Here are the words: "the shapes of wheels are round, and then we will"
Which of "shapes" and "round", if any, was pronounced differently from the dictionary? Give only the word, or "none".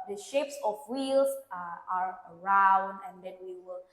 none